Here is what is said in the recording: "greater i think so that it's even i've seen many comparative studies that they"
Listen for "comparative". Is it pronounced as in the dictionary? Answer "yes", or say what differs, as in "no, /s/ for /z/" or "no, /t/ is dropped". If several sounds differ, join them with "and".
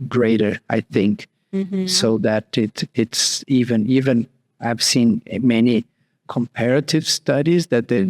yes